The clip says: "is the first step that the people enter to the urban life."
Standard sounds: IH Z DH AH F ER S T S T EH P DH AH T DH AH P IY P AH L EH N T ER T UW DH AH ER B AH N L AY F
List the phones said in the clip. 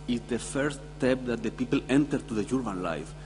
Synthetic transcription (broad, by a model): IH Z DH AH F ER S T S T EH P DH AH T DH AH P IY P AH L EH N T ER T UW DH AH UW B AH N L AY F